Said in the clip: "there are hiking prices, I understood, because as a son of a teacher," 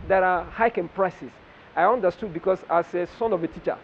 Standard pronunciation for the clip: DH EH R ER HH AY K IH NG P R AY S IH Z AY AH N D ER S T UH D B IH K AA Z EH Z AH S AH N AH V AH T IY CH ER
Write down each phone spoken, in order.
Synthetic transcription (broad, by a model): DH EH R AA HH AY K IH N P R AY S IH S AY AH N D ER S T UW D B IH K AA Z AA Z AH S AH N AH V AH T IY CH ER